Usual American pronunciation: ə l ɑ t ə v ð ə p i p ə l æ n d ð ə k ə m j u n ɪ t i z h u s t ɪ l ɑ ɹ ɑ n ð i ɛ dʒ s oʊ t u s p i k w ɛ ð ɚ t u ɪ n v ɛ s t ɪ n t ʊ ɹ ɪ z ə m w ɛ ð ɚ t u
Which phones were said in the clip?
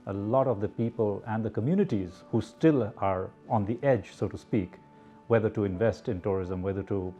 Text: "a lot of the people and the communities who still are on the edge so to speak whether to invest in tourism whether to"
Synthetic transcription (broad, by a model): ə l ɑ t ə v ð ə p i p ə l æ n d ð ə k ə m j u n ɪ t i z h u s t ɪ l ɑ ɹ ɑ n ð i ɛ dʒ s oʊ t u s p i k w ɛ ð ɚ t u ɪ n v ɛ s t ɪ n t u ɹ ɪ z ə m w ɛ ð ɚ t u